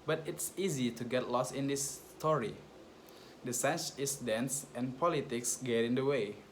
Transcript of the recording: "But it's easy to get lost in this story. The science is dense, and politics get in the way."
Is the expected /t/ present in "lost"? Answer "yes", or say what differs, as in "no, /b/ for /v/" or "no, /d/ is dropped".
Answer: no, /t/ is dropped